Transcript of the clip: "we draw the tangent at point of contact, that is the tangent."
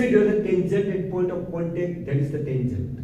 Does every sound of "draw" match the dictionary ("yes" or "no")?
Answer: no